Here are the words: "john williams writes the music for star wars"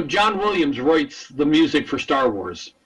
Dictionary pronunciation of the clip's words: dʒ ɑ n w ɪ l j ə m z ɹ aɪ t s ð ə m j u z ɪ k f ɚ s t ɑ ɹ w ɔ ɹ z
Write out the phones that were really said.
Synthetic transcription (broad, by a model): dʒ ɑ n w ɪ l j ə m z ɹ aɪ t s ð ə m j u z ɪ k f ɚ s t ɑ ɹ w ɔ ɹ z